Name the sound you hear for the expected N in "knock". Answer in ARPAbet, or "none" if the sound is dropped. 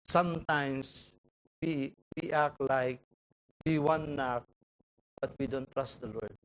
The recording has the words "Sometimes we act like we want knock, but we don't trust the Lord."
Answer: N